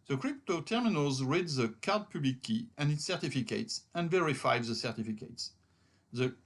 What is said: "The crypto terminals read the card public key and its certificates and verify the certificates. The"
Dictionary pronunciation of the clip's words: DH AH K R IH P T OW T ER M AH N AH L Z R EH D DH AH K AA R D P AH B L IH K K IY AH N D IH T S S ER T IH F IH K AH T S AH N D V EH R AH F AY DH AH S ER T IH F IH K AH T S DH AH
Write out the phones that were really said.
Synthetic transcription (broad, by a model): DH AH K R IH P T OW T ER M AH N AH L Z R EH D DH AH K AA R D P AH B L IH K K IY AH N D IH T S S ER T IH F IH K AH T S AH N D V EH R AH F AY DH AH S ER T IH F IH K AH T S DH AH